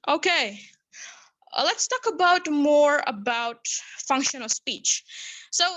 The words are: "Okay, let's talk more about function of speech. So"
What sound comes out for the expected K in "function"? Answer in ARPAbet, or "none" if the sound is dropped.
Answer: K